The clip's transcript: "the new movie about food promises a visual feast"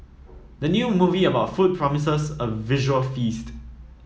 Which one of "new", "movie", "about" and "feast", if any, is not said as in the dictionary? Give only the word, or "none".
none